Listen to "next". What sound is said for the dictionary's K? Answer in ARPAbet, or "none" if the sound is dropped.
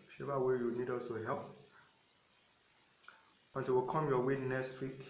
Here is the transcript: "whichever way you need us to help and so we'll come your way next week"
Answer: none